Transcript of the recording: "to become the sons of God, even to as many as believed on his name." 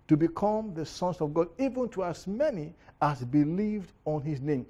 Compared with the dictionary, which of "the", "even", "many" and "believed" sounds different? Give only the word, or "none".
none